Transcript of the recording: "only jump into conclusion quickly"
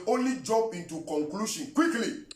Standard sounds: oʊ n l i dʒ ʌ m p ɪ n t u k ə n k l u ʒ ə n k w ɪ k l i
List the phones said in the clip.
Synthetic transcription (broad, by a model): oʊ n l i dʒ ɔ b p ɪ n t u k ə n k l u ʃ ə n k w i k l i